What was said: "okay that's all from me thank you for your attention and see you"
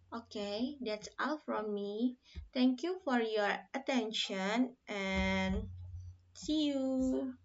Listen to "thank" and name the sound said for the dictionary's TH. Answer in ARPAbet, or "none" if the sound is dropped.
T